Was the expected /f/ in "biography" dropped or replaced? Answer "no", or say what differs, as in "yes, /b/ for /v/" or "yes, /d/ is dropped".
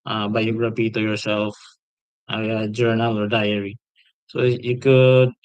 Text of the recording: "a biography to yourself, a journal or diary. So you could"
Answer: yes, /p/ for /f/